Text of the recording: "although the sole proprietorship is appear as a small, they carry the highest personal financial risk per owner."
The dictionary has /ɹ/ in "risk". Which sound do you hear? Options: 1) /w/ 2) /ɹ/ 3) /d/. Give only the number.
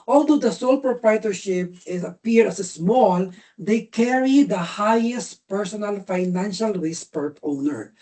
1